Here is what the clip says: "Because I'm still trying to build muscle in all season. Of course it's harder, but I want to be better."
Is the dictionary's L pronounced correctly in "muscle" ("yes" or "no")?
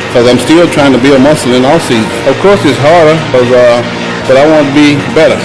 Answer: no